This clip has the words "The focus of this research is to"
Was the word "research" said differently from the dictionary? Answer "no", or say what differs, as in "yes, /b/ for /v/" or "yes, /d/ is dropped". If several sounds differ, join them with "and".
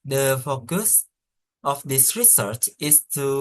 no